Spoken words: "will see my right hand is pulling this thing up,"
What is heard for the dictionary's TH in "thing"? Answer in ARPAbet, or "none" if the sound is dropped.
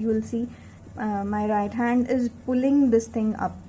T